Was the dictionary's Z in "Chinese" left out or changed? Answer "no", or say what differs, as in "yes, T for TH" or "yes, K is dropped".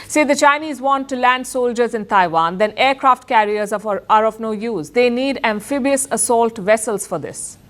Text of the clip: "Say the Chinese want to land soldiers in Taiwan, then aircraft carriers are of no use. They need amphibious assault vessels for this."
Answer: no